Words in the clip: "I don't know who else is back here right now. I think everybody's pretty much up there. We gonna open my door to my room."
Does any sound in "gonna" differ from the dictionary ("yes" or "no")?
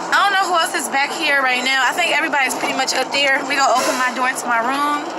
yes